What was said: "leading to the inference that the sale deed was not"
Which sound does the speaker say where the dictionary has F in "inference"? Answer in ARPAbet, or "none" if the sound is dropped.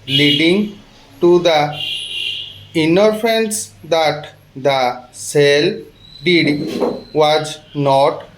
none